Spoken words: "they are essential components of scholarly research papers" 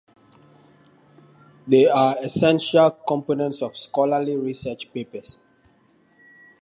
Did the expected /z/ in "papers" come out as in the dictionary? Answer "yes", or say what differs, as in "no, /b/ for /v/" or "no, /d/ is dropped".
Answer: no, /s/ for /z/